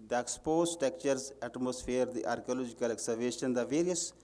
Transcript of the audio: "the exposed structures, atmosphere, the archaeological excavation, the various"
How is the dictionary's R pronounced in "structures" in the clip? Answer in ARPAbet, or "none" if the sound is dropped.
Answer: none